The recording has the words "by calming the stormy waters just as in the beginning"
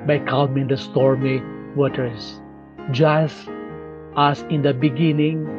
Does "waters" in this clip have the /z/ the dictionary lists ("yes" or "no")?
no